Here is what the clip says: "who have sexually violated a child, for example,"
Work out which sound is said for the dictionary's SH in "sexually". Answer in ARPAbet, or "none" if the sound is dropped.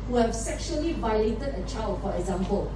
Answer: SH